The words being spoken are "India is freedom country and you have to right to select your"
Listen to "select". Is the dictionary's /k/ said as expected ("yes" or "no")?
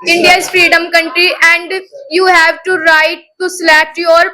no